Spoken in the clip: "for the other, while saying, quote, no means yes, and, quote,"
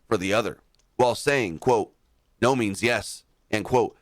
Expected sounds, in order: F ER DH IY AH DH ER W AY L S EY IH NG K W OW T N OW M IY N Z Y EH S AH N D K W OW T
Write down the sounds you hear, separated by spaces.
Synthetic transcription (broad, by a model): F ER DH IY AH DH ER W AY L S EY IH NG K W OW T N OW M IY N Z Y EH S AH N K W OW T